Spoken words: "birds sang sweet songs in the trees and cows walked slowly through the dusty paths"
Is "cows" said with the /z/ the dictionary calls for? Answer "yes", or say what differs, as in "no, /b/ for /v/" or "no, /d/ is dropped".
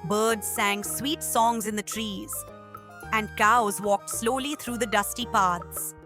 yes